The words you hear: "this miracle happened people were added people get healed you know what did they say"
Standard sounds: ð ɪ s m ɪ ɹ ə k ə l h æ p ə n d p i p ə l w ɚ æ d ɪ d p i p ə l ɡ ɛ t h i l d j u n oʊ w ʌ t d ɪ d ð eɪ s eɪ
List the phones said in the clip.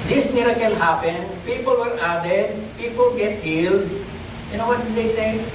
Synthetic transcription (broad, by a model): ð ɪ s m ɪ ɹ ə k ə l h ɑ p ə n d p i p ə l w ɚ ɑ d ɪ d p i p ə l ɡ ɛ t h i l d j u n oʊ w ʌ t d ɪ d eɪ s eɪ